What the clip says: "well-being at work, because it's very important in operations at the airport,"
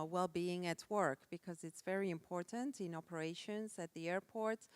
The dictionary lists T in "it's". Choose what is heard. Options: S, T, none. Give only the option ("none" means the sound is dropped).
T